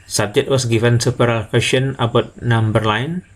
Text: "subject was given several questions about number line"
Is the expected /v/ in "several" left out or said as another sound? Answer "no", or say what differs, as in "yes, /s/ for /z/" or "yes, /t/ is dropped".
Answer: yes, /p/ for /v/